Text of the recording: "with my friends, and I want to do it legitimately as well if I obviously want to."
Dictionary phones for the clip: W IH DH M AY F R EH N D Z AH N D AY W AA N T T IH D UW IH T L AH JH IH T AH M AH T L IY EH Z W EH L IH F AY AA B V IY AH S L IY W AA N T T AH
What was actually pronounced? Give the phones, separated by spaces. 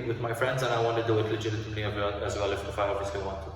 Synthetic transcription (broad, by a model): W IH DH M AY F R EH N D Z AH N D AY W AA N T T IH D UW IH T L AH JH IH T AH AH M L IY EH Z W EH L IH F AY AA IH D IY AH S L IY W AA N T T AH